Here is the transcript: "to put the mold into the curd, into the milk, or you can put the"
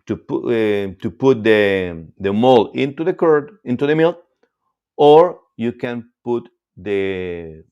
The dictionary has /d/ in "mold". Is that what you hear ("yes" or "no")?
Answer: no